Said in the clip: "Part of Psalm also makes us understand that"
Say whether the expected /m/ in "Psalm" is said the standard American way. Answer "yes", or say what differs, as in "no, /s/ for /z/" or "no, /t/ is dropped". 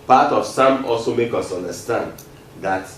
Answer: yes